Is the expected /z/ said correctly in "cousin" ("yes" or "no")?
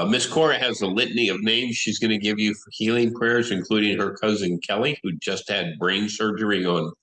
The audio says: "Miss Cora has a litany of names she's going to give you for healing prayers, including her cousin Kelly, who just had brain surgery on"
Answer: yes